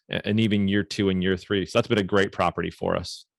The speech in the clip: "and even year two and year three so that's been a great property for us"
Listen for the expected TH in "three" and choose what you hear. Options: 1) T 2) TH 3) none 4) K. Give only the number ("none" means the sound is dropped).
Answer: 2